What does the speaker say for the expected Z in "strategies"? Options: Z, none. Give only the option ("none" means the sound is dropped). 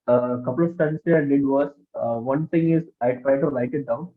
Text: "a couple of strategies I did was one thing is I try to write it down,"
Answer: none